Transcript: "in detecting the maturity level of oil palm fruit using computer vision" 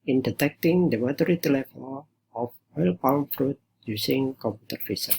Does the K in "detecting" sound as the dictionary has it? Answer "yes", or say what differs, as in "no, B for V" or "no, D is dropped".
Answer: yes